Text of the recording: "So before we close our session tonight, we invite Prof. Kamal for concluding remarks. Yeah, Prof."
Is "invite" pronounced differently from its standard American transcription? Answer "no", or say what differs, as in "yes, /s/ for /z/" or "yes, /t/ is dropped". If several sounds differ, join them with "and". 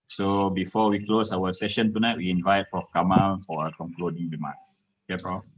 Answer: no